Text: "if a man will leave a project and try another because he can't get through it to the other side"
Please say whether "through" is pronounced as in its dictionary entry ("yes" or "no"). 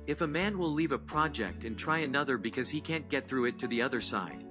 yes